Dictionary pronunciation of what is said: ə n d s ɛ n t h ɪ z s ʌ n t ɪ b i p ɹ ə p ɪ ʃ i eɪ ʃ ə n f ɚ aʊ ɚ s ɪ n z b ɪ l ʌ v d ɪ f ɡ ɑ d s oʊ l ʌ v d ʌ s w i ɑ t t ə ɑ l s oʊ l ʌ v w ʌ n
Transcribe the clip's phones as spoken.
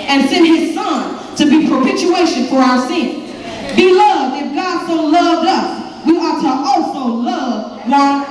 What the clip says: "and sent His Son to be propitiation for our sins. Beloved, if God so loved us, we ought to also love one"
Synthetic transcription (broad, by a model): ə n s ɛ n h ɪ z s ʌ n t ɪ b i p ɹ p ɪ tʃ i eɪ ʃ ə n f ɚ aʊ ɚ s ɪ n z b ɪ l ʌ v d ɪ f ɡ ɑ d s oʊ l ʌ v d ʌ s w i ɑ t t ə ɑ l s oʊ l ʌ v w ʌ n